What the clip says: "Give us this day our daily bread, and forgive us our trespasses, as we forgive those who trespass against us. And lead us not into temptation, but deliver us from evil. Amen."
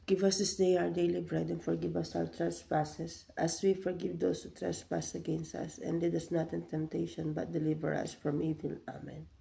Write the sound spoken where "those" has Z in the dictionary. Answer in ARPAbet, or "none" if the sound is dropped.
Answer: S